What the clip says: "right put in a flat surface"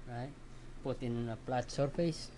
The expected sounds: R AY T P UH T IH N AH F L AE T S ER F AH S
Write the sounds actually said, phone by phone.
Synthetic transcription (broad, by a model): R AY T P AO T IH N AH P L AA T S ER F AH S